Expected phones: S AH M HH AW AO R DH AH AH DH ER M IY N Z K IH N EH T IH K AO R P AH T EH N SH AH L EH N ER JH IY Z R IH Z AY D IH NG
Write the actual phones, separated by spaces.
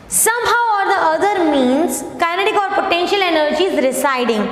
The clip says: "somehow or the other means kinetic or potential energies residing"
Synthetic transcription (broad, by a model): S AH M HH AW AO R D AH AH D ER M IY N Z K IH N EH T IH K AO R P AH T EH N SH AH L EH N ER JH IY Z R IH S AY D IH NG